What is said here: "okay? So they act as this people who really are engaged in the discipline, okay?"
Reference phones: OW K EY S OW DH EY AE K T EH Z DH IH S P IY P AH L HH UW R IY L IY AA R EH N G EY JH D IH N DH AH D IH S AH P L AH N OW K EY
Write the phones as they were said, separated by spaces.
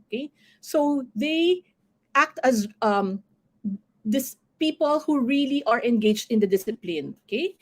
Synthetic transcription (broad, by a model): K EY S OW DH EY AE K T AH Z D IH S P IY P AH L HH UW R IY L IY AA R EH N G EY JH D IH N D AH D IH S AH P L AH N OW K EY